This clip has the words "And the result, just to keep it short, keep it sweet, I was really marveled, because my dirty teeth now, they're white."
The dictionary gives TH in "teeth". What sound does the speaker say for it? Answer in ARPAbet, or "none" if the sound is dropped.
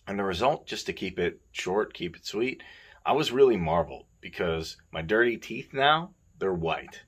TH